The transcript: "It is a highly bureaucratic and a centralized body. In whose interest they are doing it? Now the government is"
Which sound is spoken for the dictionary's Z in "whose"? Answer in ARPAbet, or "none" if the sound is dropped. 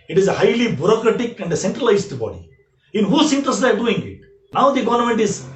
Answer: S